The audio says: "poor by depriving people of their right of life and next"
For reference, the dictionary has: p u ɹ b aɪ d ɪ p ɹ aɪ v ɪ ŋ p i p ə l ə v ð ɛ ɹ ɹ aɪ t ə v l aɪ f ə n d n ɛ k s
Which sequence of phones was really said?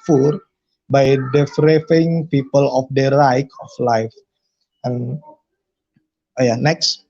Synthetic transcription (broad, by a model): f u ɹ b aɪ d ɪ f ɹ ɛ f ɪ ŋ p i p ə l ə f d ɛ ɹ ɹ aɪ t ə f l aɪ f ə n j n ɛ k s